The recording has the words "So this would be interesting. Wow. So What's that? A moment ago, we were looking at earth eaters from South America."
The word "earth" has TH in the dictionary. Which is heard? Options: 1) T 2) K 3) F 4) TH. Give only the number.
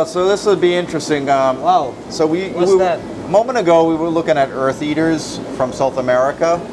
4